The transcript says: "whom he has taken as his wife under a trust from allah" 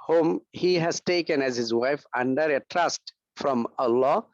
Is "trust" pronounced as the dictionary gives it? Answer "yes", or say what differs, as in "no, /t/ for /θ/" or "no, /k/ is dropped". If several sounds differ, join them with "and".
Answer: yes